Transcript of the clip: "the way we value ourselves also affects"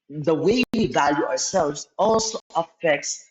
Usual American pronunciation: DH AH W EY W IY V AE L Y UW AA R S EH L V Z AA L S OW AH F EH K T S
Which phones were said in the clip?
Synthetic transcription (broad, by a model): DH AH W EY W IY V AE L Y UW AA R S EH L V Z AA L S OW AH F EH K T S